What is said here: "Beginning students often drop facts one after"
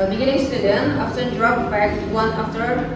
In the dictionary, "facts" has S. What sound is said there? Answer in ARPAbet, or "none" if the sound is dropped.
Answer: none